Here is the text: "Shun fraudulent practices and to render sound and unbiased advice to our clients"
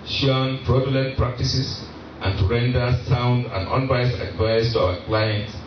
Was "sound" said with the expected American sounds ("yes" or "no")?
yes